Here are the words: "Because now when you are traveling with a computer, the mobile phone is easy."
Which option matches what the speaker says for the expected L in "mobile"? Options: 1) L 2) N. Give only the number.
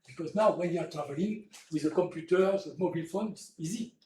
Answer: 1